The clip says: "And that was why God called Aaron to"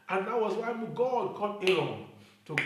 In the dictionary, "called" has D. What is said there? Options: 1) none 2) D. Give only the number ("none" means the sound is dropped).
1